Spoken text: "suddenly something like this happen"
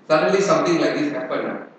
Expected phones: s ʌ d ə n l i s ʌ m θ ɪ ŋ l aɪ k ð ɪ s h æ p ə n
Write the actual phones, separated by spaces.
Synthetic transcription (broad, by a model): s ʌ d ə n l i s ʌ m t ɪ ŋ l aɪ k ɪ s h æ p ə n